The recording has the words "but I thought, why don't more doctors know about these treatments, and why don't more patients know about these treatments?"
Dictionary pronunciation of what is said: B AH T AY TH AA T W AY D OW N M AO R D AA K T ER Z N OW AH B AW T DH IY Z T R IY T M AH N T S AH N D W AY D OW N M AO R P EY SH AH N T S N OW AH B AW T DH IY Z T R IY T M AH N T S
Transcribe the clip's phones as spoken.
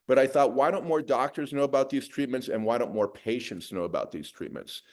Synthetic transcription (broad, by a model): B AH T AY TH AA T W AY D OW N M AO R D AA K T ER Z N OW AH B AW T DH IY Z T R IY T M AH N T S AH N W AY D OW N M AO R P EY SH AH N T S N OW AH B AW T DH IY Z T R IY T M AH N T S